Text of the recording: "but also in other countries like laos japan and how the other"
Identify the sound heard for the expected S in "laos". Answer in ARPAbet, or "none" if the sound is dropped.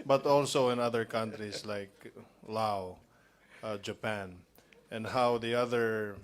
none